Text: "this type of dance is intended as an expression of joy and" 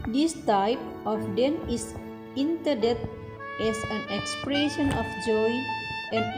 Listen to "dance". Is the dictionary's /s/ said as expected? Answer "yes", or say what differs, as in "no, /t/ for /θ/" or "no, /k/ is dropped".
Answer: no, /s/ is dropped